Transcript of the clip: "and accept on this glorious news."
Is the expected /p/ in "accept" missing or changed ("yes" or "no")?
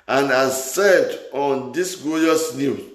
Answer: yes